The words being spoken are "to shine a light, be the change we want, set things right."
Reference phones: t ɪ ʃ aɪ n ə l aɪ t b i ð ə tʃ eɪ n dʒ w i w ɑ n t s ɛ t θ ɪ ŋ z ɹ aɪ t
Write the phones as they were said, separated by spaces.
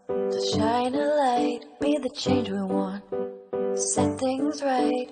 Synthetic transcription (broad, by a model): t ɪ ʃ aɪ n ə l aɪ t b i ð ə tʃ eɪ n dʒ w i w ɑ n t s ɛ t θ ɪ ŋ z ɹ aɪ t